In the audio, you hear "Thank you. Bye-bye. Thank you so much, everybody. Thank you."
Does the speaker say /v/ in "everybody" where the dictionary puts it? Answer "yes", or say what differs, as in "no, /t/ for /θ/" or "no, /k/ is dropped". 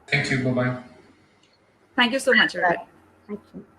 no, /v/ is dropped